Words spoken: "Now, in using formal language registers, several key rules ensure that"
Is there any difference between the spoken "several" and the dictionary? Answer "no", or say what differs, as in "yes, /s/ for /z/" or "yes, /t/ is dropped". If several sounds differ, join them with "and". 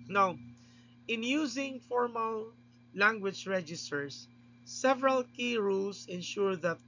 no